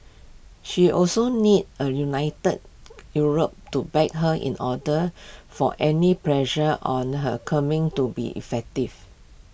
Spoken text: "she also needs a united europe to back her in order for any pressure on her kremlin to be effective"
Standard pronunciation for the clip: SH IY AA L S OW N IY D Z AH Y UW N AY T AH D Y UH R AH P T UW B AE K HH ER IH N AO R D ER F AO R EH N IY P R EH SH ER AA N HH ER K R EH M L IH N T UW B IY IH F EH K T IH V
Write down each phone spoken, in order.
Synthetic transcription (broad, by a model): SH IY AA L S OW N IY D AH Y UW N AY T AH D Y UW R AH P T UW B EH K HH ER IH N AO D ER F AO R EH N IY P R EH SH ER AA N HH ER K AA M IH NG T UW B IY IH F EH K T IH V